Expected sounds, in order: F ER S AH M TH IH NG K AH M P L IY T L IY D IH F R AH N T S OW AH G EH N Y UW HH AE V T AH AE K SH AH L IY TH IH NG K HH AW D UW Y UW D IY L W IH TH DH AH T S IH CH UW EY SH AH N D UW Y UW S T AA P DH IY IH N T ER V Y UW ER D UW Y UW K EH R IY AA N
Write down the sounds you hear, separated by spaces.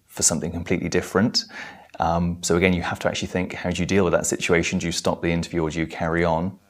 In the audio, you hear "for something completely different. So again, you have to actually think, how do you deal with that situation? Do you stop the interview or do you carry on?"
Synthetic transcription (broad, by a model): F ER S AH M TH IH NG K AH M P L IY T L IY D IH F R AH N T S OW AH G EH N Y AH HH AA F T AH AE K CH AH L IY TH IH NG K HH AW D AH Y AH D IY L W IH DH AH T S IH CH UW EY SH AH N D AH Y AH S T AA P DH IY IH N T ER V Y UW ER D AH K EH R IY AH N